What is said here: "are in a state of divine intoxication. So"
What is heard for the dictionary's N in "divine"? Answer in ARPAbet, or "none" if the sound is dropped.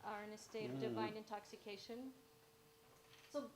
N